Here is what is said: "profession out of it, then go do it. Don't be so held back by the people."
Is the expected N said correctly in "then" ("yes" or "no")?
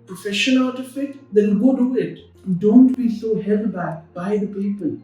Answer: no